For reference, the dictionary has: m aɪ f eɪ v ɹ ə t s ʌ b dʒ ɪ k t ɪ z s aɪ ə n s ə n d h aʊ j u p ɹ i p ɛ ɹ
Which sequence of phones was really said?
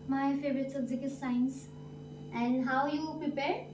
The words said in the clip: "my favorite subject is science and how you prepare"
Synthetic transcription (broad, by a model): m aɪ f eɪ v ɹ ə t s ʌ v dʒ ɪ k ɪ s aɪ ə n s ə n d h aʊ j u p ɹ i p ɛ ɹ